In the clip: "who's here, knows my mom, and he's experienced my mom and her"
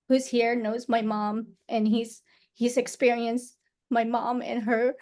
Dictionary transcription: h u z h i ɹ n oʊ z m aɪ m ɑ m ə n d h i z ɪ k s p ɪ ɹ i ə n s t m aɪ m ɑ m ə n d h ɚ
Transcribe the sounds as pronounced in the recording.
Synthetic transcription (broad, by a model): h u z h i ɹ n oʊ z m aɪ m ɑ m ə n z h i z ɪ k s p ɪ ɹ i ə n s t m aɪ m ɑ m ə n h ɚ